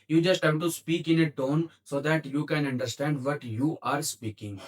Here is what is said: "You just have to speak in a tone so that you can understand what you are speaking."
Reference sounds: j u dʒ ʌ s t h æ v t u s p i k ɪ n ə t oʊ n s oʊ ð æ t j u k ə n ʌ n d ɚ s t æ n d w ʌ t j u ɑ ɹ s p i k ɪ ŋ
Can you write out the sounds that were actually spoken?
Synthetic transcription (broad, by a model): j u dʒ ʌ s t h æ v t u s p i k ɪ n ə t oʊ n s oʊ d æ t j u k ə n ʌ n d ɚ s t æ n d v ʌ t j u ɑ ɹ s p i k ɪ ŋ